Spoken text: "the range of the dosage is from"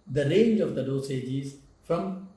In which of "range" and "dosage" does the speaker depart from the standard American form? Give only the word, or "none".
none